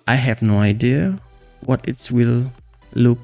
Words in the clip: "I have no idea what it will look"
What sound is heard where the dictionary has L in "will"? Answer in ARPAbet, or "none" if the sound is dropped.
L